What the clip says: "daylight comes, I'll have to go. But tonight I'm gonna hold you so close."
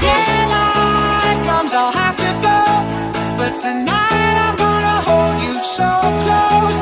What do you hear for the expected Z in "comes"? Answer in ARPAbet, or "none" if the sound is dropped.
Z